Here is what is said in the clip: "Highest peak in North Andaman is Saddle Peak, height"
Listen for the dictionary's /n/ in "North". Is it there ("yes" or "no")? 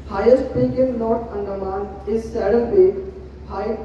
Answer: no